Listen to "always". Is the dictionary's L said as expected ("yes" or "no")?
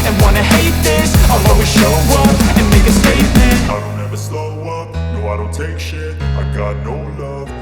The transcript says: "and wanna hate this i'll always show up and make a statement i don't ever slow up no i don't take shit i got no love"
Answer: no